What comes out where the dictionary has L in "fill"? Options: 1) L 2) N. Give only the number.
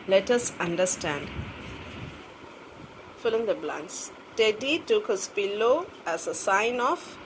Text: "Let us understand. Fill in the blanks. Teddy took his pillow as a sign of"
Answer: 1